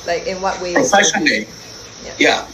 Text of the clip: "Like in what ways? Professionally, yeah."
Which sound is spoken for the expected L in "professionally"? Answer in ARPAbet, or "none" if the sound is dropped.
none